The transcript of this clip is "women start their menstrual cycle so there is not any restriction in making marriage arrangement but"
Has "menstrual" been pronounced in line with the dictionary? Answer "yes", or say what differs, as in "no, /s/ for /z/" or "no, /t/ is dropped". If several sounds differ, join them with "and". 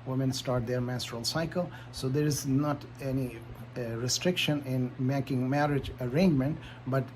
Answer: no, /n/ is dropped